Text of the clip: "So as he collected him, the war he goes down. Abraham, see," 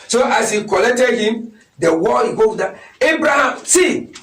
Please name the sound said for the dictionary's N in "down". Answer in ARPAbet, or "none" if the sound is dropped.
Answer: none